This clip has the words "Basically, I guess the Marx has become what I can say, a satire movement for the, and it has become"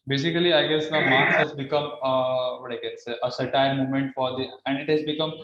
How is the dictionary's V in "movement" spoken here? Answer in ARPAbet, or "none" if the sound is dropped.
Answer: none